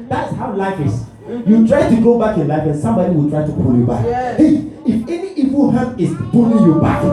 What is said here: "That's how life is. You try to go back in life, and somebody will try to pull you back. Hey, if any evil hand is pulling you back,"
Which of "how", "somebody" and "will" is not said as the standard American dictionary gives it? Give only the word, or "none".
none